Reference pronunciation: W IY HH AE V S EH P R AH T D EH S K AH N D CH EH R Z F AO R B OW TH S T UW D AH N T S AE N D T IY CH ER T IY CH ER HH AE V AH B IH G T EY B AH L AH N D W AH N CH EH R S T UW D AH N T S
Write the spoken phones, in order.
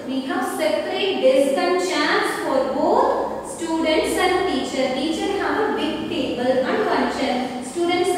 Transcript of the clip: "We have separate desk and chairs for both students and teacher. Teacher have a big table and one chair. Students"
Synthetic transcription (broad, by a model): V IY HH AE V S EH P R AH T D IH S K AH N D CH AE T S F AO R B OW T S T UW D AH N T S AE N D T IY CH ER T IY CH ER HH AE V AH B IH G T EY B AH L AH N D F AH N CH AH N S T UW D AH N T S